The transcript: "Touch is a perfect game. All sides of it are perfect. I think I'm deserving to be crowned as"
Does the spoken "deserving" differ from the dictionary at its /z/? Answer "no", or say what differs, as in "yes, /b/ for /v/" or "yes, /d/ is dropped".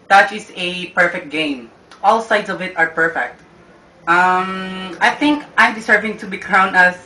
yes, /s/ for /z/